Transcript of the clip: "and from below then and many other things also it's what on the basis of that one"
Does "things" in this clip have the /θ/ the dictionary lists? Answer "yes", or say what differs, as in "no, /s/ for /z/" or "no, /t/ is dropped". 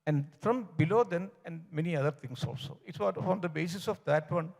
no, /t/ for /θ/